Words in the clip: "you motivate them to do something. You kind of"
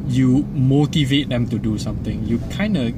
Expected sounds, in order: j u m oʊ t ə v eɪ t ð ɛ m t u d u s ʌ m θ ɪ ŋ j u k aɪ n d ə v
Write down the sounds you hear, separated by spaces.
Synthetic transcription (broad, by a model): j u m oʊ t ə v eɪ t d ɛ m t u d u s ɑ m t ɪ ŋ j u k aɪ n d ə